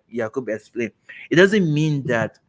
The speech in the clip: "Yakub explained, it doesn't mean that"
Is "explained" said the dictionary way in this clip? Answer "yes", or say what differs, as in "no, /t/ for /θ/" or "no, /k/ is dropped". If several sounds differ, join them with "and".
no, /d/ is dropped